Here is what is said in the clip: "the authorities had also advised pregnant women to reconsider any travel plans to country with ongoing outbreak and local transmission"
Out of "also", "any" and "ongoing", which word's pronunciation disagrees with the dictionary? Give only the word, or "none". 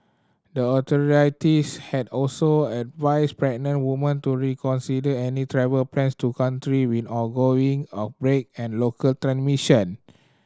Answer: ongoing